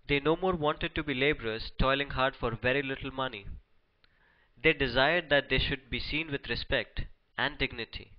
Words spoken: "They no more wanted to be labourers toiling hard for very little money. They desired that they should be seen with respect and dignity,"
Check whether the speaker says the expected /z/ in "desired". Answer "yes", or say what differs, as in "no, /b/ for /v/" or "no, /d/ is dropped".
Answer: yes